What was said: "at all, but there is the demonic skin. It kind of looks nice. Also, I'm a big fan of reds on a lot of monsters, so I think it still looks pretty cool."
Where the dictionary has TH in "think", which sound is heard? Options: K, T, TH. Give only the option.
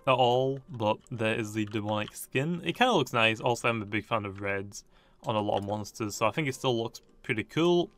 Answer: TH